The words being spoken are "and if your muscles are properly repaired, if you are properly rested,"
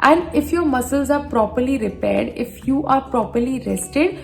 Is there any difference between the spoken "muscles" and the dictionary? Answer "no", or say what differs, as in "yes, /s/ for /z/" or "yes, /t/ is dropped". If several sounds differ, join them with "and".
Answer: no